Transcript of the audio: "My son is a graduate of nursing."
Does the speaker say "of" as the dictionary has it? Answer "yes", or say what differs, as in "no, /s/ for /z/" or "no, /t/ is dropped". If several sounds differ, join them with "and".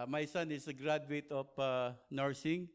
no, /p/ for /v/